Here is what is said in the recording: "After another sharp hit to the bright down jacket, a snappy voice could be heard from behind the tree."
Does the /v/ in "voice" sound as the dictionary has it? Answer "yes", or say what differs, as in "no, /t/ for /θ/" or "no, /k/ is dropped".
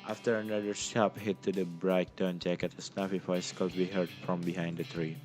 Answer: no, /f/ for /v/